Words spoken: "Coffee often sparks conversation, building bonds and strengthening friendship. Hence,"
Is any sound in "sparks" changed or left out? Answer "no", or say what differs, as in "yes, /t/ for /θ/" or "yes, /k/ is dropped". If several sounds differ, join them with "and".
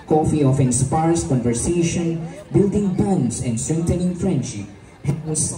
yes, /k/ is dropped